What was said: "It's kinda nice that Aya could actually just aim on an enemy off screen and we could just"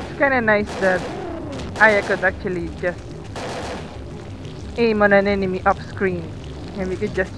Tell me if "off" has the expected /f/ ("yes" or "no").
no